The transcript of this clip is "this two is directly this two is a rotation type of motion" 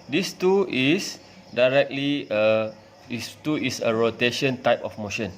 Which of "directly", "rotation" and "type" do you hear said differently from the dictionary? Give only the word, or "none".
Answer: none